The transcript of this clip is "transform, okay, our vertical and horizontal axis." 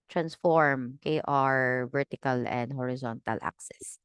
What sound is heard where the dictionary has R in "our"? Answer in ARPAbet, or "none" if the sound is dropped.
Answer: R